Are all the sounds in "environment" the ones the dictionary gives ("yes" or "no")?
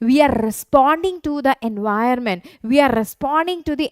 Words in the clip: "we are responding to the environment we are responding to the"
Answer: no